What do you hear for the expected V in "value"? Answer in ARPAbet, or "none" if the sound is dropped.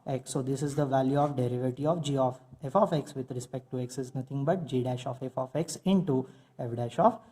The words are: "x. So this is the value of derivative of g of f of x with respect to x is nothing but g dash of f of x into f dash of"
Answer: V